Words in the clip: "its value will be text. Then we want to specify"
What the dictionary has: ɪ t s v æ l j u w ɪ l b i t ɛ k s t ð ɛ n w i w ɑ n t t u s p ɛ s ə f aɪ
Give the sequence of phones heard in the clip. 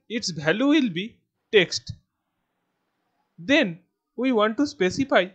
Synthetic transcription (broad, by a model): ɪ t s b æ l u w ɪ l b i t ɛ k s t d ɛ n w i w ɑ n t t u s p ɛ s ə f aɪ